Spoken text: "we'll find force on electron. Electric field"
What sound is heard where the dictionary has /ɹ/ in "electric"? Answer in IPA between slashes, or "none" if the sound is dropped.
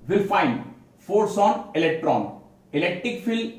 /ɹ/